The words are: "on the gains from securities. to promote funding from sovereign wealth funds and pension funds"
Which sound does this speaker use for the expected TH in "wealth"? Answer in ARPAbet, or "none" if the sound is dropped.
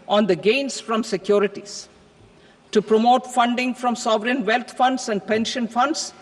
T